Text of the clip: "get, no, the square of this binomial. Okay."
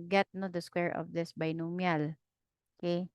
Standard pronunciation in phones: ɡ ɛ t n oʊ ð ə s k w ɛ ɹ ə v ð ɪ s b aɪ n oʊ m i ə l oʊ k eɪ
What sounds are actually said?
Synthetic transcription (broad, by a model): ɡ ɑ t n oʊ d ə s k w ɛ ɹ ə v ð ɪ s b aɪ n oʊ m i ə l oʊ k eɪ